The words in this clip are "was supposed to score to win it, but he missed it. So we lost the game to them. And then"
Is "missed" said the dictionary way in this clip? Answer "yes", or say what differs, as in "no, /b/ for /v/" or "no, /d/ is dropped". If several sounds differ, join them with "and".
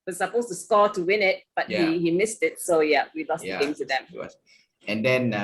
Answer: yes